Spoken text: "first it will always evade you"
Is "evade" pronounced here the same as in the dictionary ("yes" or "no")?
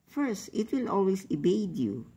no